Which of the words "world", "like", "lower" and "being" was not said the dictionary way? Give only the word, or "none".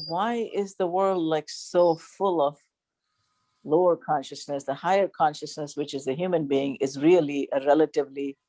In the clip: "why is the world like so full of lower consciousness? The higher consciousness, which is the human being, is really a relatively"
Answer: none